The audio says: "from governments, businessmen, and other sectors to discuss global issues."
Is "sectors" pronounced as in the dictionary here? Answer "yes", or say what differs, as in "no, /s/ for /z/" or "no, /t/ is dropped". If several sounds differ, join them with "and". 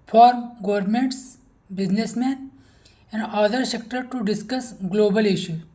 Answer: no, /z/ is dropped